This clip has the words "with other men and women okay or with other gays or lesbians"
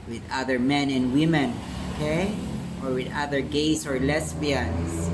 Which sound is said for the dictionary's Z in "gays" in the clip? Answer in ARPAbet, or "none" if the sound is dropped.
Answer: S